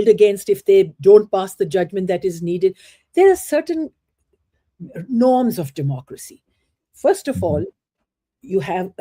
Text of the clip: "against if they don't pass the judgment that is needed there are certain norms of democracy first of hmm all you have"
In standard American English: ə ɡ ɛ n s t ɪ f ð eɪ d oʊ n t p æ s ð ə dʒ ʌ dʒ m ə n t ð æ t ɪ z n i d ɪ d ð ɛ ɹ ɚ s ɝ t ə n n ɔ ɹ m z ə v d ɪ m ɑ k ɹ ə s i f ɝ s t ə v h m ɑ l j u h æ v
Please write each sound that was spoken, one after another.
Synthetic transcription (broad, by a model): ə ɡ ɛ n s t ɪ f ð eɪ d oʊ n t p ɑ s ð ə dʒ ʌ dʒ m ə n t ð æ t ɪ z n i d ɪ d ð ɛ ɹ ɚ s ɝ t ə n n ɔ ɹ m z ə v d ɪ m ɑ k ɹ ə s i f ɝ s t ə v ɑ l j u h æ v